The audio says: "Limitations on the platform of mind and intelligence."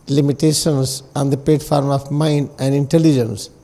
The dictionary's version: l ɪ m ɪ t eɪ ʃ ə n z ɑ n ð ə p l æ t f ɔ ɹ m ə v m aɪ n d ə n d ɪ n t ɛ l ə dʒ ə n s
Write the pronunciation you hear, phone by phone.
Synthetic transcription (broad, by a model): l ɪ m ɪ t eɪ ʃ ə n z ɑ n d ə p ɛ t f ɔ ɹ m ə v m aɪ n d ə n d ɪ n t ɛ l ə dʒ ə n s